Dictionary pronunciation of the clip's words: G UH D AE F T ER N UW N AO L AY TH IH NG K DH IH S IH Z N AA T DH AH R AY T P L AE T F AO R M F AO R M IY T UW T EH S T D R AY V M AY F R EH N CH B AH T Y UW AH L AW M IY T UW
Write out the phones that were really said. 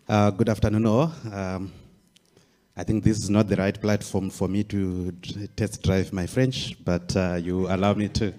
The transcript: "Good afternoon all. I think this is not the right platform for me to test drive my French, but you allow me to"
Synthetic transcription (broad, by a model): G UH D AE F T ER N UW N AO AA AY TH IH NG K DH IH S IH Z N AA T DH AH R AY T P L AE T F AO R M F AO R M IY T UW T EH S T D R AY V M AY F R EH N CH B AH T Y UW AH L AW M IY T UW